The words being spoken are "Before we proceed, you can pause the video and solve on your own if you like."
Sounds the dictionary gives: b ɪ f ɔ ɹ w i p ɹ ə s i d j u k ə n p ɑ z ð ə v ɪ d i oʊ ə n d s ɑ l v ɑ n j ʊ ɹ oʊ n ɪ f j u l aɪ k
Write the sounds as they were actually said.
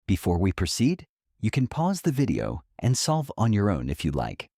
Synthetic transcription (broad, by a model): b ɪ f ɔ ɹ w i p ɹ ə s i d j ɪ k ə n p ɑ z ð ə v ɪ d i oʊ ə n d s ɑ l v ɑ n j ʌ ɹ oʊ n ɪ f j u l aɪ k